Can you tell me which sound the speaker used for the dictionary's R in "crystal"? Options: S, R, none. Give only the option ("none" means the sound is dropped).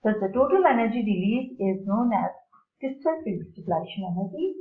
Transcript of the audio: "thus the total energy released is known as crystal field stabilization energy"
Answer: none